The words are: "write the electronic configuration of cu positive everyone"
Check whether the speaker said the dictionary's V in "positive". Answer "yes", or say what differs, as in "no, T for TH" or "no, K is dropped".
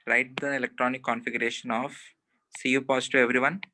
no, V is dropped